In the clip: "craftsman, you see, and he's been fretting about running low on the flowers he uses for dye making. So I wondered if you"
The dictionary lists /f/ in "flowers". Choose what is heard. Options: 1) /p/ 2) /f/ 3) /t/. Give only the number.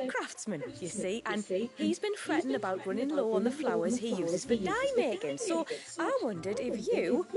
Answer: 2